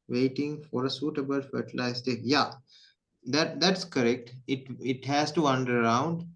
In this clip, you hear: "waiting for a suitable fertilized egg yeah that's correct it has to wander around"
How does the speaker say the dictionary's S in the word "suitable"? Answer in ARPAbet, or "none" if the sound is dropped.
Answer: S